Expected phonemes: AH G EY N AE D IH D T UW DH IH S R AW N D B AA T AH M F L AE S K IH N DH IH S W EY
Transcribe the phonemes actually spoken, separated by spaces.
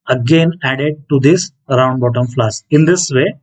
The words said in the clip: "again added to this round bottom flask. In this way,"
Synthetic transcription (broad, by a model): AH G EY N AE D IH D T UW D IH S R AW N D B AA T AH M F L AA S IH N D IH S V EY